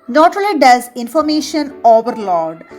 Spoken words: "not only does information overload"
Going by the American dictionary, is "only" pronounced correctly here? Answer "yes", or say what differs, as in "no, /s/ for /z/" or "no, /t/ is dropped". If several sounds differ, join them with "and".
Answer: no, /n/ is dropped